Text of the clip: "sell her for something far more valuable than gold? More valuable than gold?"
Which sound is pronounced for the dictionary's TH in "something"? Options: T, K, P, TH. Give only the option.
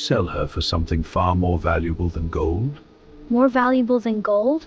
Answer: TH